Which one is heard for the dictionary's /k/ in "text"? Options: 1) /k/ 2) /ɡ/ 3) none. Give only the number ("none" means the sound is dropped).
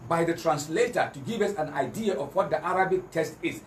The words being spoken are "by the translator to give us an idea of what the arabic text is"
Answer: 3